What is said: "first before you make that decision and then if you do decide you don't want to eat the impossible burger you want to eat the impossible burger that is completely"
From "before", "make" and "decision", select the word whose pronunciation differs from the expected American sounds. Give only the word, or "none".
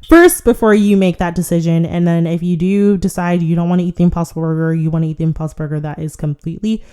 none